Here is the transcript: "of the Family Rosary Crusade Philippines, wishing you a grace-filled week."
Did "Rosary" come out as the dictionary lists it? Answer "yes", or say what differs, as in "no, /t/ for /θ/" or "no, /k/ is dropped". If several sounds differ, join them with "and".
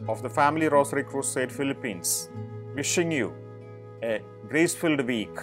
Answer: no, /s/ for /z/